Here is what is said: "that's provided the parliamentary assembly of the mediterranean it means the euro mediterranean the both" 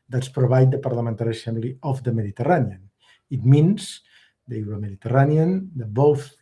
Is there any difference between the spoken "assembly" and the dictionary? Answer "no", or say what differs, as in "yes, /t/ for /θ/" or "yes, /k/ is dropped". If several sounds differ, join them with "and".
yes, /b/ is dropped